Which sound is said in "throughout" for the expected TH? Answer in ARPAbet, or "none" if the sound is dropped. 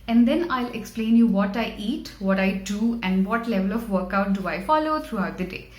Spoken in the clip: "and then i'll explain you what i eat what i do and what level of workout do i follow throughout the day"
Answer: T